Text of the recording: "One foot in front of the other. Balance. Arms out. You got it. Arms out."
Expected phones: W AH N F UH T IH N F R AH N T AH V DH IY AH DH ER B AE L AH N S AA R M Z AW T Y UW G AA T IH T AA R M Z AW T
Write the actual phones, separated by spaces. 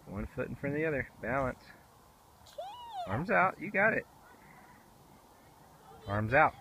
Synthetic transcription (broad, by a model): W AH N F UH T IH N F R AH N DH IY AH DH ER B AE L AH N S AA R M Z AW T Y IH G AA T IH T AA R M Z AW T